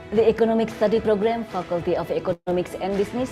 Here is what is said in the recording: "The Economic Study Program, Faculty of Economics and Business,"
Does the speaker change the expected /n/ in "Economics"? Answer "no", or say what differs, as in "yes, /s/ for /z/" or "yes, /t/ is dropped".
yes, /n/ is dropped